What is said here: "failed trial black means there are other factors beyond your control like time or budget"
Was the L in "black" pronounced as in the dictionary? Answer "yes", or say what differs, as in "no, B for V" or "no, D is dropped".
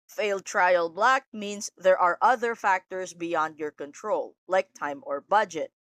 yes